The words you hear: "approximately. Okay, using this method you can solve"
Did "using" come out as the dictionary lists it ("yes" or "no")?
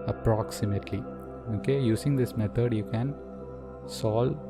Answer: no